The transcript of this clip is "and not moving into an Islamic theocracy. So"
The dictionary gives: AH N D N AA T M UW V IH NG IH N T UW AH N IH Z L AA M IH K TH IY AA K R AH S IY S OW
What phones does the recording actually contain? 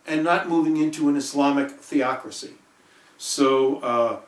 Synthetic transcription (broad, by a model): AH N N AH T M UW V IH NG IH N T UW AH N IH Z L AA M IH K TH IY AA K R AH S IY S OW